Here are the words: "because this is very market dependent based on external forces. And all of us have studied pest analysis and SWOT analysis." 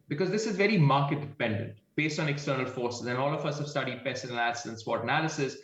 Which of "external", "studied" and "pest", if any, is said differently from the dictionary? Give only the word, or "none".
pest